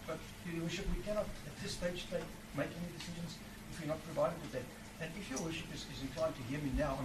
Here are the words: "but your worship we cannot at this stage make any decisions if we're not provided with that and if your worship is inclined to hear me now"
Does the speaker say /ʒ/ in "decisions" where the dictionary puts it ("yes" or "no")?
yes